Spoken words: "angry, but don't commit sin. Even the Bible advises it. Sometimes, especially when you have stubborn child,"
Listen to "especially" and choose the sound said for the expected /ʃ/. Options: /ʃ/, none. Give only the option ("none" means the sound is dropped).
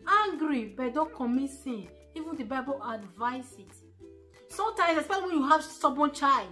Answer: none